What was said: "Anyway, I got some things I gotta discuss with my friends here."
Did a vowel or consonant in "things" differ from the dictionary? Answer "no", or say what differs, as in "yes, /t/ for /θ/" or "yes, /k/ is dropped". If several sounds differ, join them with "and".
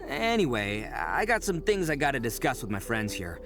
no